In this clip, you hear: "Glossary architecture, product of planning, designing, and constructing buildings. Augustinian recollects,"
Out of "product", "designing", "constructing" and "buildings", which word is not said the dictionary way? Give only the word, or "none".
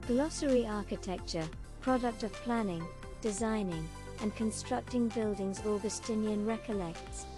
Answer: none